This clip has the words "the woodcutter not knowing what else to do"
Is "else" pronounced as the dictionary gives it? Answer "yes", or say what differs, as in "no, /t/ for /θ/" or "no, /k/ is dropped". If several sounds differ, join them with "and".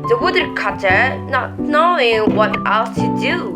no, /s/ is dropped